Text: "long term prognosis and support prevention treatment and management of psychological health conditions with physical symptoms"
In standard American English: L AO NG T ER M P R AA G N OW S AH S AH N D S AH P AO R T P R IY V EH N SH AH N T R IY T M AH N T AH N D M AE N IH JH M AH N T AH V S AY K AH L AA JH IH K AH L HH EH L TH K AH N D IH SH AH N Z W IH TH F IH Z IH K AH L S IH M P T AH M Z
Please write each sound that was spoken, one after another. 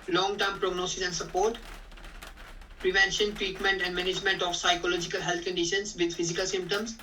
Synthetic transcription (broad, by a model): L AO NG T ER M P R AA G N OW S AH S AH N D S AH P AO R T P R IY V EH N SH AH N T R IY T M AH N T AH N D M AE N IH JH M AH N T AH F S AY K AH L AA JH IH K AH L HH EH L T K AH N D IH SH AH N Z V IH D F IH Z IH K AH L S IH M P T AH M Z